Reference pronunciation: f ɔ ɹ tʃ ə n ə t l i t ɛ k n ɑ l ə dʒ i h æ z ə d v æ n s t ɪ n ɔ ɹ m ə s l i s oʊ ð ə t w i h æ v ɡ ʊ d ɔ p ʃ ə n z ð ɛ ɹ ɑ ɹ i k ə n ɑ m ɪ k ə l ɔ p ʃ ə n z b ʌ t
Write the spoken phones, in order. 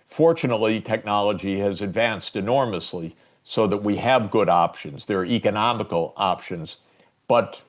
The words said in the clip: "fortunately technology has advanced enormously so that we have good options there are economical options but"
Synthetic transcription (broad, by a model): f ɔ ɹ tʃ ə n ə t l i t ɛ k n ɑ l ə dʒ i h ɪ z ə d v æ n s t ɪ n ɔ ɹ m ə s l i s oʊ ð ə t w i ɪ v ɡ ʊ d ɔ p ʃ ə n z ð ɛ ɹ ɹ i k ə n ɑ m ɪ k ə l ɔ p ʃ ə n z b ʌ t